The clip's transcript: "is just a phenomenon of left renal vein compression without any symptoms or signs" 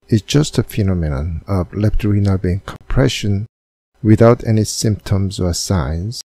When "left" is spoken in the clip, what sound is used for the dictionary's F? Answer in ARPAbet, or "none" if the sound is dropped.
P